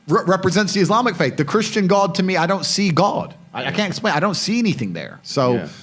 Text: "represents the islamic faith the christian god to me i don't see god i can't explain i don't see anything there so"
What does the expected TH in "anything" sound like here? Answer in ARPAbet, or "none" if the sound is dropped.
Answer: TH